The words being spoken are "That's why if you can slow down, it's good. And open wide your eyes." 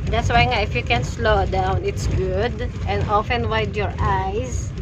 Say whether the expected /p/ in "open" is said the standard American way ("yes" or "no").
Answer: no